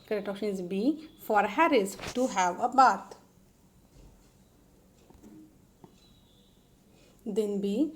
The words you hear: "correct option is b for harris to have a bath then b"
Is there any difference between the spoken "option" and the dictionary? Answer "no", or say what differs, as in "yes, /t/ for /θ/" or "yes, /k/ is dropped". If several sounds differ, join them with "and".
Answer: yes, /p/ is dropped